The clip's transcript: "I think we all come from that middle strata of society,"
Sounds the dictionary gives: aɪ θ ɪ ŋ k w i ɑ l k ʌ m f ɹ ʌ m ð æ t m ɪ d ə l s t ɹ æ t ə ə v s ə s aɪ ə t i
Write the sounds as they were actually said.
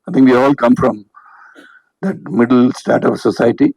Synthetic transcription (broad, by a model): aɪ t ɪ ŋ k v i ɑ l k ʌ m f ɹ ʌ m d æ t m ɪ d ə l s t æ t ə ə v s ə s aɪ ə t i